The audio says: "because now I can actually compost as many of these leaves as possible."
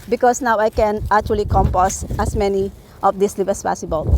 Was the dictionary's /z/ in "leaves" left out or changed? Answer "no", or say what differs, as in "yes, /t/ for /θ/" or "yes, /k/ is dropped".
yes, /z/ is dropped